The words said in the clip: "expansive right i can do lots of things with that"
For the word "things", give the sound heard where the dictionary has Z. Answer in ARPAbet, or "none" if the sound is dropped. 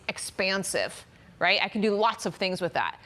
Z